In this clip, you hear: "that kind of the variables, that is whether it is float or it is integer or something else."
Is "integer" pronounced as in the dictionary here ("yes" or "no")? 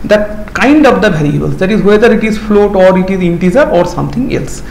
no